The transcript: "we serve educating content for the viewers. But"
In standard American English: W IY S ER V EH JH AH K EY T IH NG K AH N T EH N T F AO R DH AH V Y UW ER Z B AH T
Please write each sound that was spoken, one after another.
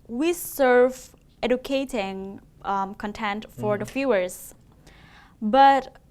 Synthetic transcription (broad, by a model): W IY S ER V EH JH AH K EY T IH NG K AH N T EH N T F AO R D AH F Y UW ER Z B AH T